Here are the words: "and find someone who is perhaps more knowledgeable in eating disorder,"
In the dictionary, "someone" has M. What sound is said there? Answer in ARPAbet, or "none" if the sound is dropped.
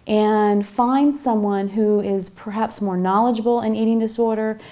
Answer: M